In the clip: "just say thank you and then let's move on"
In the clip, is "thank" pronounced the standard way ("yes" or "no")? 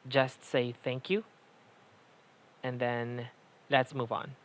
yes